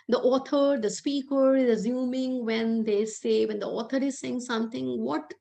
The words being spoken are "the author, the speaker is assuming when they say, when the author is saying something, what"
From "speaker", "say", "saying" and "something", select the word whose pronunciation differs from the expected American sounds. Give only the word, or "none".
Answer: something